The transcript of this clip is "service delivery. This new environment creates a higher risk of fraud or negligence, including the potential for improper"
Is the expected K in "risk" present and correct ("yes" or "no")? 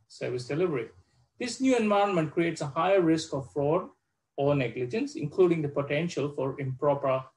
yes